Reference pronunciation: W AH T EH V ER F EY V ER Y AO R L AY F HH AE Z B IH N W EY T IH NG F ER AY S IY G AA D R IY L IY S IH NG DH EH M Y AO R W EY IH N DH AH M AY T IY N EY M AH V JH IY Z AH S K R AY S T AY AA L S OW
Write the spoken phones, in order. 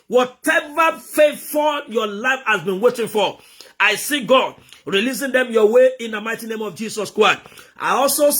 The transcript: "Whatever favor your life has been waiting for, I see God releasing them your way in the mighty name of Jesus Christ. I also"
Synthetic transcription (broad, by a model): W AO T EH V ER F EY F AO Y AO L AY F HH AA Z B IH N W EY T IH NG F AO AY S IY G AA D R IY L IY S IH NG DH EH M Y AO W EY IH N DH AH M AY T IY N EY M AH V JH IY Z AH S K R AY S T AY AA L S OW